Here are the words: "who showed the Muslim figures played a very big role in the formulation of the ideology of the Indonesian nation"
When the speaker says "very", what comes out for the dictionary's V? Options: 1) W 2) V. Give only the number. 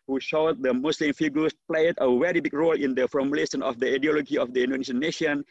1